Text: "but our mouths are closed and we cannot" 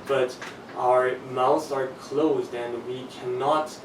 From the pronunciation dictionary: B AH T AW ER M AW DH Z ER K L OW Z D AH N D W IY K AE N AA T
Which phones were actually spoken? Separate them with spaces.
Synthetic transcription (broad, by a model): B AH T AW ER M AW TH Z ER K L OW Z D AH N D W IY K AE N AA T